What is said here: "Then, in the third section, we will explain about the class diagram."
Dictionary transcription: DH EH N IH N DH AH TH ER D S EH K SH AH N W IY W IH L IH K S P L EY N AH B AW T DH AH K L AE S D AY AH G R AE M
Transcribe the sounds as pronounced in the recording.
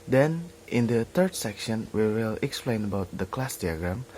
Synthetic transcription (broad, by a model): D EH N IH N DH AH T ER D S EH K SH AH N W IY W IH L IH K S P L EY N AH B AW T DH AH K L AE S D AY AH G R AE M